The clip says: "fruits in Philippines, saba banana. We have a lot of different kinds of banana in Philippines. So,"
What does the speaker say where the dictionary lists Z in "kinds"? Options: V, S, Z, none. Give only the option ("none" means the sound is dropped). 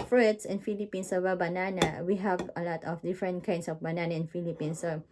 S